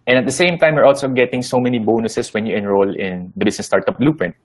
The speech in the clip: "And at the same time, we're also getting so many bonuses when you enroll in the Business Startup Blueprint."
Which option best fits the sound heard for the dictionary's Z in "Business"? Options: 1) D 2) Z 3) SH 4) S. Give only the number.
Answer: 4